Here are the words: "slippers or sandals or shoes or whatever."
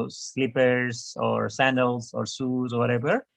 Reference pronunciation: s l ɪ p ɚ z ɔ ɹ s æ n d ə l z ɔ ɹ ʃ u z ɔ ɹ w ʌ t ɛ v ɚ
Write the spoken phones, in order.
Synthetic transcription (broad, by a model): s l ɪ p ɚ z ɔ ɹ s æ n d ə l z ɔ ɹ s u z ɔ ɹ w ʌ t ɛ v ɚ